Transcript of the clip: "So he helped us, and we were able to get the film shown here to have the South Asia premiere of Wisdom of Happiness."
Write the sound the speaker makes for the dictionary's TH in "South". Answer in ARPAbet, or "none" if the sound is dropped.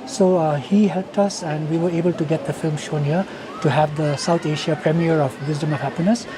T